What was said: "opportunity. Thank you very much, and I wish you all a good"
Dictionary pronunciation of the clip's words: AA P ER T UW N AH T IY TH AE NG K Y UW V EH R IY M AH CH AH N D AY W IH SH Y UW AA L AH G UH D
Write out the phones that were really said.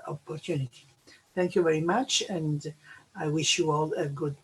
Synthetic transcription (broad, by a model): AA P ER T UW N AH T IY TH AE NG K Y UW V EH R IY M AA CH AH N D AY W IH SH Y UW AA L AH G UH D